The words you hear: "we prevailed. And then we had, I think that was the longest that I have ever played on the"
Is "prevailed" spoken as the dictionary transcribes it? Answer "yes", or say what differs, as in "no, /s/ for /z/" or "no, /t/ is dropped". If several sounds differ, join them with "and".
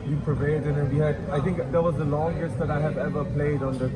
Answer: no, /l/ is dropped